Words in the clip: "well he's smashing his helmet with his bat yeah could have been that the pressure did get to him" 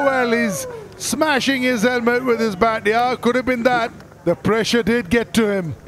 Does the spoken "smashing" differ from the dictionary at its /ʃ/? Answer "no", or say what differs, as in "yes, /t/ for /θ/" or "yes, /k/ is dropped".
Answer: no